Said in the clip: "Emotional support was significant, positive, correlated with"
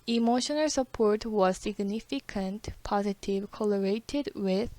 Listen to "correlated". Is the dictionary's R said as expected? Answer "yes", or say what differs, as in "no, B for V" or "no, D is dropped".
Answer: no, L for R